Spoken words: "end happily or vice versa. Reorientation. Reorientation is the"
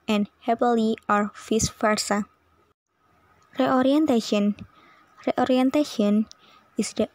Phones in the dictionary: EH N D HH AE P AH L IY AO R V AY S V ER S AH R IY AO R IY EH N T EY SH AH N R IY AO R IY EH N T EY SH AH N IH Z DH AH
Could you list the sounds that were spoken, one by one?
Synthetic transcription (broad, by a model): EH N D HH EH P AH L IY AO R F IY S F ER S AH R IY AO R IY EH N T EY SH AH N R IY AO R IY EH N T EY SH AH N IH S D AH